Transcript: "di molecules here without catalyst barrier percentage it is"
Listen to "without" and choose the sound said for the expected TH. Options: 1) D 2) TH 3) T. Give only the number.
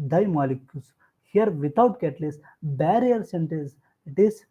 3